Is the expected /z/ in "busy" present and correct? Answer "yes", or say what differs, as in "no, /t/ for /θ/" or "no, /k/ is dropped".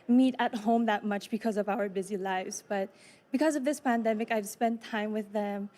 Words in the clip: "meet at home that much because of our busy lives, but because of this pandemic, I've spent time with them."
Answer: yes